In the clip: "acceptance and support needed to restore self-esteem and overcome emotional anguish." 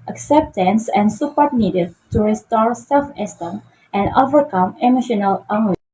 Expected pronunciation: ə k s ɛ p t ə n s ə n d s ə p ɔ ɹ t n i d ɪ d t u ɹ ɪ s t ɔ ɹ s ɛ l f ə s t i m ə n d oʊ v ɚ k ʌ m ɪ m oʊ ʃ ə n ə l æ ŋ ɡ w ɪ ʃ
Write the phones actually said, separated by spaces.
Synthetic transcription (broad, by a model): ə k s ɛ p t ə n s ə n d s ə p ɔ ɹ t n i d ɪ d t u ɹ ɪ s t ɔ ɹ s ɛ l f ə s t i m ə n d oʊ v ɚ k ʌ m ɪ m oʊ ʃ ə n ə l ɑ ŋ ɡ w